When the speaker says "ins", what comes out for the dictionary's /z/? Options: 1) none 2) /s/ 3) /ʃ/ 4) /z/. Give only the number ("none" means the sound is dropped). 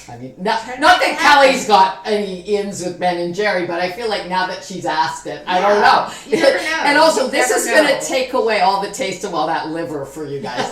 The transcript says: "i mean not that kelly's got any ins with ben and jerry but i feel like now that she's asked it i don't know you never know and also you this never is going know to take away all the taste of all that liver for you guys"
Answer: 4